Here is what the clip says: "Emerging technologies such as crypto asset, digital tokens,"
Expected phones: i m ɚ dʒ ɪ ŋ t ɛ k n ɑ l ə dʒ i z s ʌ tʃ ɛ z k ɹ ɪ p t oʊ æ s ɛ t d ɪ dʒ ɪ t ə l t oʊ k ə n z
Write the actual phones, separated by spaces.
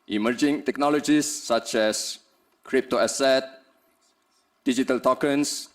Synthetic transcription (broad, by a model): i m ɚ dʒ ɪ ŋ t ɛ k n ɑ l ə dʒ i s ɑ tʃ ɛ s k ɹ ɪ p t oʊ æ s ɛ t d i dʒ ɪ t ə l t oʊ k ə n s